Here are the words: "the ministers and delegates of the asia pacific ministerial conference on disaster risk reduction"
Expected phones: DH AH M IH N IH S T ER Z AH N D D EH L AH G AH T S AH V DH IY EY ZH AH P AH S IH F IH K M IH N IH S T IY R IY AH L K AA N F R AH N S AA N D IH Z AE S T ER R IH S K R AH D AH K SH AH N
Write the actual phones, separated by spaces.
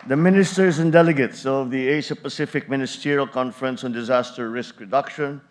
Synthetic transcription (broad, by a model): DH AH M IH N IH S T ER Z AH N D D EH L AH G AH T S AH V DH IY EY SH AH P AH S IH F IH K M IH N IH S T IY R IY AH L K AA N F R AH N S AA N D IH Z AE S T ER R IH S K R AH D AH K SH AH N